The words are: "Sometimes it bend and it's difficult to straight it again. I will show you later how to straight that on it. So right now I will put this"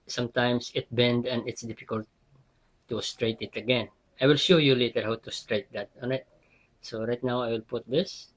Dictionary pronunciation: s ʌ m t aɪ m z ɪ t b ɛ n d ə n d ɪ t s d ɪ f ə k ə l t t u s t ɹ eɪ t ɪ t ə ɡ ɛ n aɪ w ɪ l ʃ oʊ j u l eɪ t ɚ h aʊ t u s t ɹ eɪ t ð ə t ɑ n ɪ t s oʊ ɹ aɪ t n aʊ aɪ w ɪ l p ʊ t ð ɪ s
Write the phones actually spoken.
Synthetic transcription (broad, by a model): s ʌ m t aɪ m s ɪ t b ɛ n d ə n d ɪ t s d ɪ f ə k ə l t t u s t ɹ eɪ t ɪ t ə ɡ ɛ n aɪ w ɪ l ʃ oʊ j u l eɪ t ɚ h aʊ t u s t ɹ eɪ t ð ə t ɑ n ɪ t s oʊ ɹ aɪ t n aʊ aɪ w ɪ l p ʊ t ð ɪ s